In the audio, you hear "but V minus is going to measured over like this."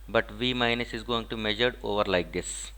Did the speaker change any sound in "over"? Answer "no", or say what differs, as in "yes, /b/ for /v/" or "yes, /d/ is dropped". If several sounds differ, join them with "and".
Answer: no